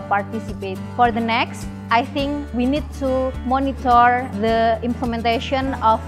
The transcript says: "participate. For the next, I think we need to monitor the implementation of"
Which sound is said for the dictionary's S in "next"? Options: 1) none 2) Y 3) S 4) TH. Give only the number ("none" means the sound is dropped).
3